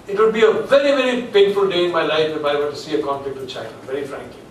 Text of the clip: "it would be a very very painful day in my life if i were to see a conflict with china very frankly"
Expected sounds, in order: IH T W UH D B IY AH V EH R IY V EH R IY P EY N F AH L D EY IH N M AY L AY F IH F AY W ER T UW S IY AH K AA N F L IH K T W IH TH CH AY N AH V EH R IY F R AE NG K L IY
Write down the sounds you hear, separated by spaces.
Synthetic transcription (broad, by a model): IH T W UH D B IY AH V EH R IY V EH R IY P EY N F AH L D EY IH N M AY L AY F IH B AY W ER T UW S IY AH K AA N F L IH K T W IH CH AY AH V EH R IY F R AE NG K L IY